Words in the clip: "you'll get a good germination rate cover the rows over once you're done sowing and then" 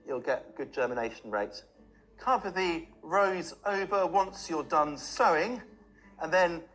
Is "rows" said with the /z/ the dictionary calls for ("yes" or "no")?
yes